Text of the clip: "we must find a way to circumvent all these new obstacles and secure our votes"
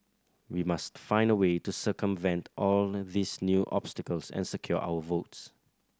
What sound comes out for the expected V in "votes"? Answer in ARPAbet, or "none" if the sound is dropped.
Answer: V